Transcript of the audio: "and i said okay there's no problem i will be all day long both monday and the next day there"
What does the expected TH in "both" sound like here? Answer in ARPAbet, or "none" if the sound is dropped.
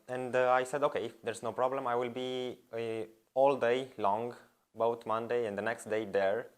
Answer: T